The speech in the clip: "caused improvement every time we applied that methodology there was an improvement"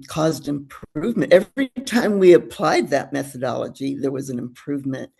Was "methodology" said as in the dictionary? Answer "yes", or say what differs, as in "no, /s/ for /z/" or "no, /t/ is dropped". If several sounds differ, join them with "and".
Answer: yes